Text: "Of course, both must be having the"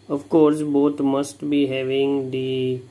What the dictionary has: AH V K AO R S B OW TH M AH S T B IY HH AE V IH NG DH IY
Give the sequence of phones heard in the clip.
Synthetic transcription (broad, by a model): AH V K AO R S B OW T M AH S T B IY HH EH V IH NG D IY